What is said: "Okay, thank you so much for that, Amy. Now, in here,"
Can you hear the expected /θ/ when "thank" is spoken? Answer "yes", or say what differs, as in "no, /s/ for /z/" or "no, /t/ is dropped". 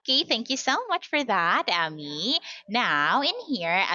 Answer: yes